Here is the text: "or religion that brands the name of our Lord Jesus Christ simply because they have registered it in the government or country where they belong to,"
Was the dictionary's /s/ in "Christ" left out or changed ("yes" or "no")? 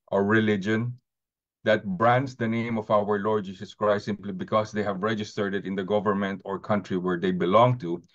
yes